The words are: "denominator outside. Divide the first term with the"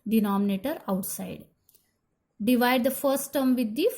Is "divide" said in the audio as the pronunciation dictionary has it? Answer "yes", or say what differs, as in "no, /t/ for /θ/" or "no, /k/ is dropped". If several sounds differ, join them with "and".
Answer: yes